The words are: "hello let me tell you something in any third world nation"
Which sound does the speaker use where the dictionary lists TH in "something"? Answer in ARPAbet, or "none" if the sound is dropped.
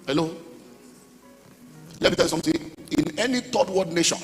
T